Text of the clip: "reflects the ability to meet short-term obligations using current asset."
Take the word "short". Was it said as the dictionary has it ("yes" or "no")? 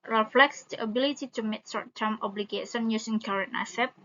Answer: no